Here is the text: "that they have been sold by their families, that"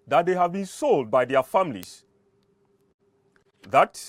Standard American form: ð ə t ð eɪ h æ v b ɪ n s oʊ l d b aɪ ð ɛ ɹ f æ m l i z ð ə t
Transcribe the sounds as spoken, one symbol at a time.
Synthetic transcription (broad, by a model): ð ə t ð eɪ h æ v b ɪ n s oʊ l d b aɪ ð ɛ f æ m l i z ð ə t